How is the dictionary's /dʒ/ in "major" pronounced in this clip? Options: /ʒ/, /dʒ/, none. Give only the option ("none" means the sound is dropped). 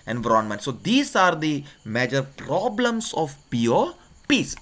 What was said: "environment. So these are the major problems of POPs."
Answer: /dʒ/